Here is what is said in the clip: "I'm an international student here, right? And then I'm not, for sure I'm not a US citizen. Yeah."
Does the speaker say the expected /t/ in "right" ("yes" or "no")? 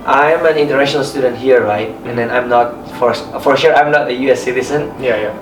yes